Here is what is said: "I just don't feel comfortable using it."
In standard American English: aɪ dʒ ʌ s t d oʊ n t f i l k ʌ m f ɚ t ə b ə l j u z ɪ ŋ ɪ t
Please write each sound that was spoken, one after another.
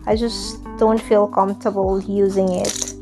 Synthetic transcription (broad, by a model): aɪ dʒ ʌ s d oʊ n t f i l k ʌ m f t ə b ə l j u z ɪ ŋ ɪ t